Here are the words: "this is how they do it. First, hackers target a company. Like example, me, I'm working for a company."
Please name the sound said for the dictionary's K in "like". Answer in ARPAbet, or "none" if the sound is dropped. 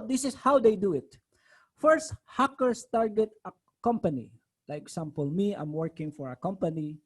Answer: none